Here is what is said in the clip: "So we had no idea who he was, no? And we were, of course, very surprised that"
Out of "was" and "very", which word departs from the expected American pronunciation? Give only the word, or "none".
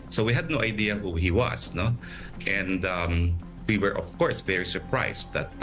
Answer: was